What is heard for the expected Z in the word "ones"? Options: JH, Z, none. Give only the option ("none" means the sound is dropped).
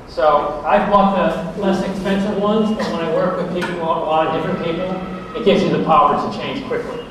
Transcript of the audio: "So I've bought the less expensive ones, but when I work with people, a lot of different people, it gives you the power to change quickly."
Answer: Z